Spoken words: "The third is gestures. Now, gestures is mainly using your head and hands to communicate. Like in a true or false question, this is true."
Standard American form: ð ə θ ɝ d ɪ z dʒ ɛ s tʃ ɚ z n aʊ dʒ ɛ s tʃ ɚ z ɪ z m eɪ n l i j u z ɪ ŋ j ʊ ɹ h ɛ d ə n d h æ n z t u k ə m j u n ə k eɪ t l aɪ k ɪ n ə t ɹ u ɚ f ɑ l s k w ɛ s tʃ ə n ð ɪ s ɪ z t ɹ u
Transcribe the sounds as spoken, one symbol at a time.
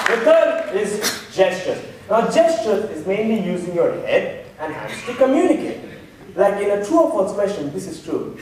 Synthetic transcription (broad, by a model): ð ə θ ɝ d ɪ z dʒ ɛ s tʃ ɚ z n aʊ dʒ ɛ s tʃ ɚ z ɪ z m eɪ n l i j u z ɪ ŋ j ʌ ɹ h ɛ d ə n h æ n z t u k ə m j u n ə k eɪ t l aɪ k ɪ n ə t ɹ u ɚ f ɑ s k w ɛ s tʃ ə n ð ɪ s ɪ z t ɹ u